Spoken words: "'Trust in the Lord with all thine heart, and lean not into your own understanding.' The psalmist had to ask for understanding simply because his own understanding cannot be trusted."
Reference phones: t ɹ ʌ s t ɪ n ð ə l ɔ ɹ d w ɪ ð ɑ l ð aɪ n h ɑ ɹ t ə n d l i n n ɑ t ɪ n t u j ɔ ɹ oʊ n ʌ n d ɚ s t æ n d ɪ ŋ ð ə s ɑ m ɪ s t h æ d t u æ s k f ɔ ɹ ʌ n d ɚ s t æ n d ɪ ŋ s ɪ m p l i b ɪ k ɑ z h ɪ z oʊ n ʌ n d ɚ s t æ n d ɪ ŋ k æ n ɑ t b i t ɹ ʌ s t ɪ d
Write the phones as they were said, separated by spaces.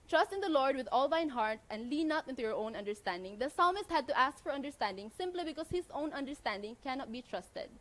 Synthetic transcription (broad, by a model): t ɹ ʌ s t ɪ n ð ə l ɔ ɹ d w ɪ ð ɑ l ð aɪ n h ɑ ɹ t ə n d l i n n ɑ t ɪ n t u j ɔ ɹ oʊ n ʌ n d ɚ s t æ n d ɪ ŋ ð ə s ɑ m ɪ s t h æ d t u æ s k f ɔ ɹ ʌ n d ɚ s t æ n d ɪ ŋ s ɪ m p l i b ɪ k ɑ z h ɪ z oʊ n ʌ n d ɚ s t æ n d ɪ ŋ k æ n ɑ t b i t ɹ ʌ s t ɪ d